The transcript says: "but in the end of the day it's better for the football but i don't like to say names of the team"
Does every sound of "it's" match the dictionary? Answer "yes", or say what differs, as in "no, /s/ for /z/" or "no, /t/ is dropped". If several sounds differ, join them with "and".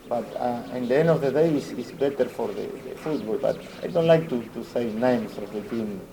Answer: no, /s/ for /t/